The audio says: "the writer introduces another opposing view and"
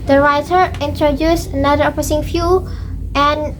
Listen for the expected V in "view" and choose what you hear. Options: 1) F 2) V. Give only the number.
1